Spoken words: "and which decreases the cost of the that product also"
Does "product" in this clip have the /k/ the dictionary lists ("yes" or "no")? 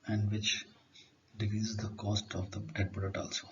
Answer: no